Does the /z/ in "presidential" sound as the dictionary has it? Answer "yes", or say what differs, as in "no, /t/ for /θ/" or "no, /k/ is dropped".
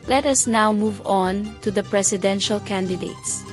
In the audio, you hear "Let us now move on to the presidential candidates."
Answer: no, /s/ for /z/